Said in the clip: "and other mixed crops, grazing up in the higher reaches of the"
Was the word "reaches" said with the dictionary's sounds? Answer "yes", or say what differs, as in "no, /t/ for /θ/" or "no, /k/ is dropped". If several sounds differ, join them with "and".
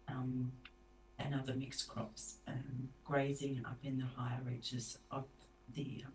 yes